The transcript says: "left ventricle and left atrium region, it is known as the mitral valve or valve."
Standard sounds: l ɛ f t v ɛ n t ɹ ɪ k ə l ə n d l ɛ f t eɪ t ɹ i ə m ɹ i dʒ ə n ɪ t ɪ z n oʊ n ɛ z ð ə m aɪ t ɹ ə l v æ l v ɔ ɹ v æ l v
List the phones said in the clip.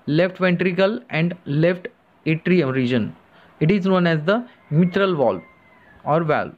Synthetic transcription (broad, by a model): l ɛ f t v ɛ n t ɹ ɪ k ə l ə n d l ɛ f t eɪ t ɹ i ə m ɹ i dʒ ə n ɪ t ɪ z n oʊ n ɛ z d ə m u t ɹ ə l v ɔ l ɔ ɹ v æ l